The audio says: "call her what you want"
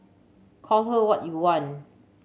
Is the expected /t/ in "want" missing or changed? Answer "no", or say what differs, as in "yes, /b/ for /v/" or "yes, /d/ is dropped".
yes, /t/ is dropped